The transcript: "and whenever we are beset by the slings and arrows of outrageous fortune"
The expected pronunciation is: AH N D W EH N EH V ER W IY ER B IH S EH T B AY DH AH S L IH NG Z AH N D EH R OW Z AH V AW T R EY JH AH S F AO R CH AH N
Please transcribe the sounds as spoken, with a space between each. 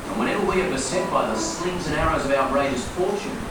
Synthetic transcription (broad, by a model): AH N W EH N EH V ER W IY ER B IH S EH T B AY DH AH S L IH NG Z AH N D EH R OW Z AH V AW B R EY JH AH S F AO R CH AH N